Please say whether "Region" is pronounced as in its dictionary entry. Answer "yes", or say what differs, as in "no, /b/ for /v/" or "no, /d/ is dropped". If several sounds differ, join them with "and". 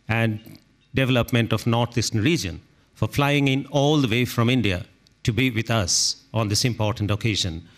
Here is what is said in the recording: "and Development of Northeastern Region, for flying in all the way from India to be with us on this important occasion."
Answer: yes